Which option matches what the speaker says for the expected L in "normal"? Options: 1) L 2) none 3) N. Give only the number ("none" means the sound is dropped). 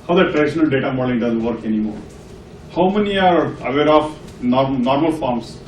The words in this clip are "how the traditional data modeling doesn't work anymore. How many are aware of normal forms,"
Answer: 1